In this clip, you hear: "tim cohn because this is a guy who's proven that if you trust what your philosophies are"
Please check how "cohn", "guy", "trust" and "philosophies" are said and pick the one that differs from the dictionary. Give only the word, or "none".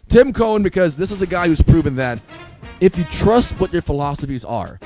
none